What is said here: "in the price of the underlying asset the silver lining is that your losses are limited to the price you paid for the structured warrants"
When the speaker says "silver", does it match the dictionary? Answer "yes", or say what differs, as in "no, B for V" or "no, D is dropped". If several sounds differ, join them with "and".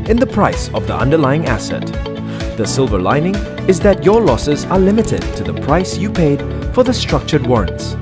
yes